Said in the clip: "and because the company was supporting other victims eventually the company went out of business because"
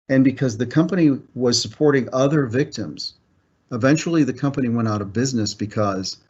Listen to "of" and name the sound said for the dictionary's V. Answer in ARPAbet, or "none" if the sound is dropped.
V